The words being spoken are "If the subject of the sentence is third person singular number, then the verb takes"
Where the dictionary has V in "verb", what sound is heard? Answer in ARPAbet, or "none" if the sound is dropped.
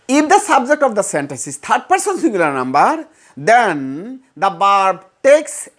B